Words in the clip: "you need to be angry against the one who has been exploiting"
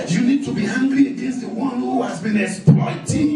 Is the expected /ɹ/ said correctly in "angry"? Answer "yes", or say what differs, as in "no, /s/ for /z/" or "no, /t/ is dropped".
no, /l/ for /ɹ/